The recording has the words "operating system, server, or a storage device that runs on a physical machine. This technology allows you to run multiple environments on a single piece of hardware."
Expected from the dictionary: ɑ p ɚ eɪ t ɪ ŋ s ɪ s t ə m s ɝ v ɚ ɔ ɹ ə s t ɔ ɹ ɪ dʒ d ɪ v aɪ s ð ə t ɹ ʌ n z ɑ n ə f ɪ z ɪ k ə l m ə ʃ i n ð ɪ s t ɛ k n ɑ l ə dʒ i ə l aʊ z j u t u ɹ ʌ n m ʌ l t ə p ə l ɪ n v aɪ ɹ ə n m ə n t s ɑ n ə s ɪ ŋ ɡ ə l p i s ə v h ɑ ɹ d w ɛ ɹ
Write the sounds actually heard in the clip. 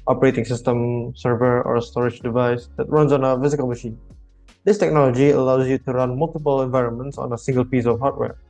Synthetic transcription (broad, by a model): ɑ p ɚ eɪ t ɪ ŋ s ɪ s t ə m s ɝ v ɚ ɔ ɹ ə s t ɔ ɹ ɪ dʒ d ɪ v aɪ s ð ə t ɹ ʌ n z ɑ n ə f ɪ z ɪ k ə l m ə ʃ i n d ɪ s t ɛ k n ɑ l ə dʒ i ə l aʊ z j u t u ɹ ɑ n m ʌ l t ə p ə l ɪ n v aɪ ɹ ə n m ə n t s ɑ n ə s ɪ ŋ ɡ ə l p i s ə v h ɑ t w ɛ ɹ